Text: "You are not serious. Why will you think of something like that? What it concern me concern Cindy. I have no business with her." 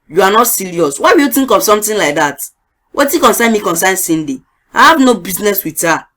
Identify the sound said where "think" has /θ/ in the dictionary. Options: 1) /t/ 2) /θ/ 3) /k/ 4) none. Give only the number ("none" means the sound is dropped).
1